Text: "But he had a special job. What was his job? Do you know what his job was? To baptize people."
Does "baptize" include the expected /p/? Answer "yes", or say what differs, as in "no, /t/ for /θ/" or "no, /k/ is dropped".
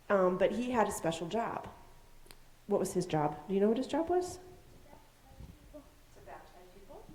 no, /p/ is dropped